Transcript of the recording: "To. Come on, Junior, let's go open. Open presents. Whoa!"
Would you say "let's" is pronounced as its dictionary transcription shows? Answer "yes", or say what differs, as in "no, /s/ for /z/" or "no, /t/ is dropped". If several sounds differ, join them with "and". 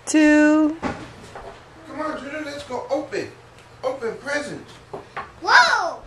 yes